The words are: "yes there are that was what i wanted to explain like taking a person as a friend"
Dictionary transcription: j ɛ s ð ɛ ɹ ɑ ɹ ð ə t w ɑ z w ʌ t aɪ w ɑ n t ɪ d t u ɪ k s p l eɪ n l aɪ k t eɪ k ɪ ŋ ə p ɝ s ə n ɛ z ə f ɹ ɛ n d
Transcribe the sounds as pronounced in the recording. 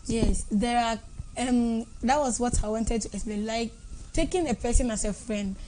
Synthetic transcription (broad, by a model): j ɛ s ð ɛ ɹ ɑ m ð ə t w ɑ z w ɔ t aɪ w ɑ n t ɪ d t u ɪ s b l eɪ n l aɪ k t eɪ k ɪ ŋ ə p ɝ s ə n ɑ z ə f ɹ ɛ n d